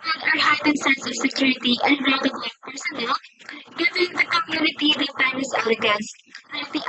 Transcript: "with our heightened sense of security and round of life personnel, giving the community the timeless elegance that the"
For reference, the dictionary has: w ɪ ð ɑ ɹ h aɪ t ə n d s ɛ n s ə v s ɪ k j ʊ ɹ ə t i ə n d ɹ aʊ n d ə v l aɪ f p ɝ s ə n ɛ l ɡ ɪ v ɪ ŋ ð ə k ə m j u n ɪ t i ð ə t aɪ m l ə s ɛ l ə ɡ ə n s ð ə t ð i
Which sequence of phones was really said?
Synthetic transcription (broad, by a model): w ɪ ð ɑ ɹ h aɪ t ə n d s ɛ n s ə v s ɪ k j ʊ ɹ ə t i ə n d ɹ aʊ d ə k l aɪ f p ɝ s ə n ɛ l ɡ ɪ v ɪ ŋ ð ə k ə m j u n ɪ t i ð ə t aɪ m ə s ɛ l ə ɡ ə n s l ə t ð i